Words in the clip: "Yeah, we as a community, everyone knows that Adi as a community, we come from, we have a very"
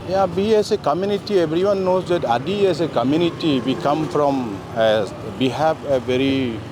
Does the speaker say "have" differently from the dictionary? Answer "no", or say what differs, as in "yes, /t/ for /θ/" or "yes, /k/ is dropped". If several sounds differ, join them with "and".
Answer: yes, /p/ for /v/